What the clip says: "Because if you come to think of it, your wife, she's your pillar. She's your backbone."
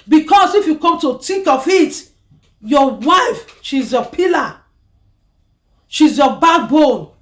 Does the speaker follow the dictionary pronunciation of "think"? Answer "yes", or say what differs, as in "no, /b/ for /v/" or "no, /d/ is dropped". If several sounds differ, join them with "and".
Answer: no, /t/ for /θ/ and /ŋ/ is dropped